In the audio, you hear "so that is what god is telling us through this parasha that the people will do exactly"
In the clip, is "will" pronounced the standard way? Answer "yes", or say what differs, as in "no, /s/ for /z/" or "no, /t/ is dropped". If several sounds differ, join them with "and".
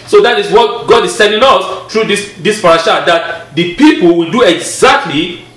yes